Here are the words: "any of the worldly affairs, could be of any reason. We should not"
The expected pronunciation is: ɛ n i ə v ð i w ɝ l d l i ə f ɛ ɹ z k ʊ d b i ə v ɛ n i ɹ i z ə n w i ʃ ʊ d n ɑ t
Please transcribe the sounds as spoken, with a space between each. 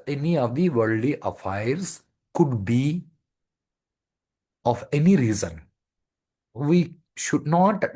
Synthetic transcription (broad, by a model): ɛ n i ə v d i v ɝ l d i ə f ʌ ɹ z k ʊ d b i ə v ɛ n i ɹ i z ə n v i ʃ ʊ d n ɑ t